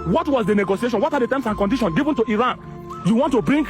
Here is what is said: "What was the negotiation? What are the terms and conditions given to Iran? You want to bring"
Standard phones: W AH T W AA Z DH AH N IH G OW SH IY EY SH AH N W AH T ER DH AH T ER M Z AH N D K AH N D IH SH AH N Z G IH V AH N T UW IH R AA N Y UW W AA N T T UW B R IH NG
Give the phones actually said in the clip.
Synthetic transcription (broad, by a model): W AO T W AA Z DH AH N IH G OW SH IY EY SH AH N W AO T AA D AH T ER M S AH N K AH N D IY SH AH N G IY V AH N T UW IH R AA N Y UW W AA N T T UW B R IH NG